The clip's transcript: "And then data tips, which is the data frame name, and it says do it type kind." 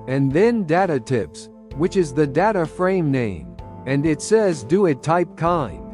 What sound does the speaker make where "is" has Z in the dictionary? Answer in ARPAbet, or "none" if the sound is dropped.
Z